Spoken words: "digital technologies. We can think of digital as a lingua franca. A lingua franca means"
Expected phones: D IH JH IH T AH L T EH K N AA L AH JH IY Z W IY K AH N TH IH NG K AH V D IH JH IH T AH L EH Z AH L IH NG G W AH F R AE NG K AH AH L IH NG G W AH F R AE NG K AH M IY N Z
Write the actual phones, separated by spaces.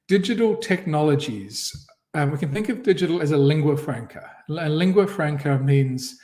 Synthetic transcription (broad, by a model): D IH JH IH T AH L T EH K N AA L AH JH IY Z W IY K AH N TH IH NG K AH V D IH JH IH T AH L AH Z AH L IH NG G W AH F R AE NG K AH AH L IH NG G W AH F R AE NG K AH M IY N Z